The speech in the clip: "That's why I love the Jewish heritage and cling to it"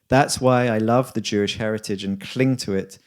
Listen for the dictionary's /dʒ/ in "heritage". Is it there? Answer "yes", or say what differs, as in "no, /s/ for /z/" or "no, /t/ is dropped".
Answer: yes